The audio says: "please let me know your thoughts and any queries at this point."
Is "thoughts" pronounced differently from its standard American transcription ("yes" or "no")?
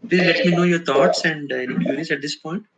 yes